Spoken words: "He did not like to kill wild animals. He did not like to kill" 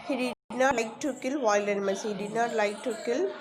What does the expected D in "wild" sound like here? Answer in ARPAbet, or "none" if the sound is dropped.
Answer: none